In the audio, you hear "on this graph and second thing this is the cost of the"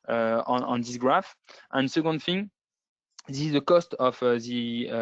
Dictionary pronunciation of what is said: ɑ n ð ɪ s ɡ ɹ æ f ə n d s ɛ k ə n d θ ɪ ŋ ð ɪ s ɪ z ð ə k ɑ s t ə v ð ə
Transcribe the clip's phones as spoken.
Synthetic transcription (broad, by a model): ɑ n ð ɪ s ɡ ɹ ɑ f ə n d s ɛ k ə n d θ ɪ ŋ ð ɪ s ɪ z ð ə k ɑ s t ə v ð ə